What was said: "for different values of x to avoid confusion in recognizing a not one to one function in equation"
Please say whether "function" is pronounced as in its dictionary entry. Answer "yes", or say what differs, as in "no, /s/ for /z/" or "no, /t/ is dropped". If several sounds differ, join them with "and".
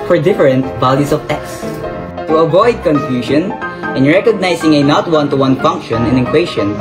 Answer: yes